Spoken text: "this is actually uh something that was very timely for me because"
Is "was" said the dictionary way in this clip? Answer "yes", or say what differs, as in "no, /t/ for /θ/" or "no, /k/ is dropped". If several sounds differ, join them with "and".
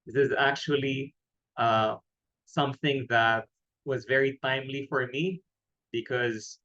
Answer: yes